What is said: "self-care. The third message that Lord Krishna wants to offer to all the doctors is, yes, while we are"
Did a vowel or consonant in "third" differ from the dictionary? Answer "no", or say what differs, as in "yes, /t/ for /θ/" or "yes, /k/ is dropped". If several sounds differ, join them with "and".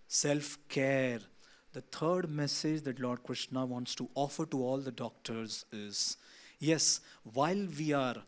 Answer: yes, /t/ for /θ/